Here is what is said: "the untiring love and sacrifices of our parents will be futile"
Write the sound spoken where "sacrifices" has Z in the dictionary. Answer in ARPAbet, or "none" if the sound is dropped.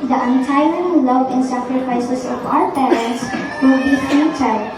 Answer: S